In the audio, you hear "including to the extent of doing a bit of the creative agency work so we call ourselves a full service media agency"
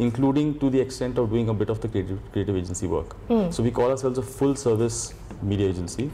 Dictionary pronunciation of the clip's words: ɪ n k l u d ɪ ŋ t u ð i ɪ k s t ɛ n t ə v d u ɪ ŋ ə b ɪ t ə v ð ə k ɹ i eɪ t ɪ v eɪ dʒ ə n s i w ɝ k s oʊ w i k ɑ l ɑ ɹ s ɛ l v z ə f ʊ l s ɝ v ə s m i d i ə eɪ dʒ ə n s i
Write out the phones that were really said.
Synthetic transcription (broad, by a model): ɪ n k l u d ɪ ŋ t u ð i ɪ k s t ɛ n t ə v d u ɪ ŋ ə b ɪ t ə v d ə k ɹ i eɪ t ɪ v eɪ dʒ ə n s i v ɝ k s oʊ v i k ɑ l ɑ ɹ s ɛ l v z ə f ʊ l s ɝ v ə s m i d i ə eɪ dʒ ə n s i